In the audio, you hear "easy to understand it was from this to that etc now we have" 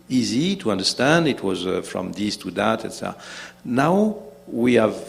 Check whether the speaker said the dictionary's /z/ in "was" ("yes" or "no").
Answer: yes